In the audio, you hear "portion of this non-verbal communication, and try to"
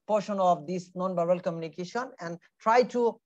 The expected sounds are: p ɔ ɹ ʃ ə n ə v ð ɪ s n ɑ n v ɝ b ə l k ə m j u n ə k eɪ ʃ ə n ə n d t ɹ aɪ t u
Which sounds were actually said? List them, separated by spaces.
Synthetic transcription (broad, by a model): p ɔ ɹ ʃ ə n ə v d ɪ s n ɑ n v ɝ ə l k ə m j u n ə k eɪ ʃ ə n ə n d t ɹ aɪ t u